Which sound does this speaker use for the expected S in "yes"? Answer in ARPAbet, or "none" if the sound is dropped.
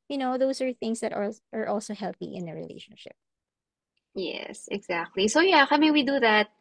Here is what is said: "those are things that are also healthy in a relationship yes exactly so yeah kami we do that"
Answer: S